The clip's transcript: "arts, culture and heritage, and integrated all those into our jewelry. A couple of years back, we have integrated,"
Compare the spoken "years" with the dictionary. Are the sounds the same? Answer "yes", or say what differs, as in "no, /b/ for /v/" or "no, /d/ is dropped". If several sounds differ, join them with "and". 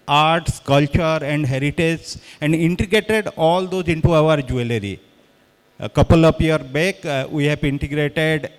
no, /z/ is dropped